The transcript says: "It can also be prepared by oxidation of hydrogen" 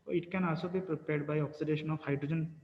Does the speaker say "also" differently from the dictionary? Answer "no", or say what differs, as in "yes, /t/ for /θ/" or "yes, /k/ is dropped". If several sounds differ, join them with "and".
yes, /l/ is dropped